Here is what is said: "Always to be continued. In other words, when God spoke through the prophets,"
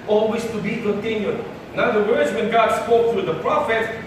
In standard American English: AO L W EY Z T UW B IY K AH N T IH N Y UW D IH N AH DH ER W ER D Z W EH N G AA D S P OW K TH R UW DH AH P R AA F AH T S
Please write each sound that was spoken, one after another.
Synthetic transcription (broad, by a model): AO L W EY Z T UW B IY K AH N T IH N Y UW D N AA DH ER W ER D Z W EH N G AA D S P OW K T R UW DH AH P R AA F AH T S